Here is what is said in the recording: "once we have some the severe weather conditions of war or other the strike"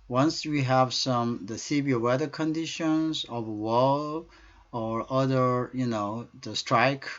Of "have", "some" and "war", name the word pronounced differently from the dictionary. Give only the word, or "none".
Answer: war